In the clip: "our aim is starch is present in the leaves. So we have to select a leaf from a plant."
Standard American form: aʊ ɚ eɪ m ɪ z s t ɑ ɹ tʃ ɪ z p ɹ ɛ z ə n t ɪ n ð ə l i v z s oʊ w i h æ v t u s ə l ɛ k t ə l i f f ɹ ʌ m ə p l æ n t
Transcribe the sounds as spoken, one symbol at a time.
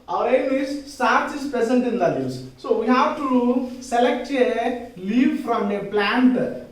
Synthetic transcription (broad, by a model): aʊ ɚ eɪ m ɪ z s t ɑ ɹ tʃ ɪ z p ɹ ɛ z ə n t ɪ n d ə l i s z s oʊ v i h æ v t u s ə l ɛ k t ə l i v f ɹ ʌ m ə p l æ n t